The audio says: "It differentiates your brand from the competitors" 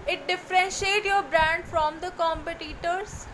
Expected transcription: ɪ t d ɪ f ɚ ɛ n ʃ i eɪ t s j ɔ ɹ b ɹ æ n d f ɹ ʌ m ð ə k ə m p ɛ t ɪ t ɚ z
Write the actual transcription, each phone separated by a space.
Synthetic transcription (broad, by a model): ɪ t d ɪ f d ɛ n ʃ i eɪ t j ɔ ɹ b ɹ æ n d f ɹ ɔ m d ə k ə m p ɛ t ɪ t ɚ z